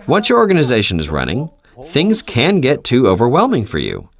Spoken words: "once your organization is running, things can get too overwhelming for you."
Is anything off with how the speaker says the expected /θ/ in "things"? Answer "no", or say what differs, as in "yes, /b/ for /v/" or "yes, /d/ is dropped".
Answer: no